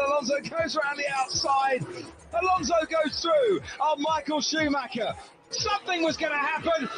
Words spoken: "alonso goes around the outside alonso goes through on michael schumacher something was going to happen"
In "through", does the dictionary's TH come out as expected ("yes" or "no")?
yes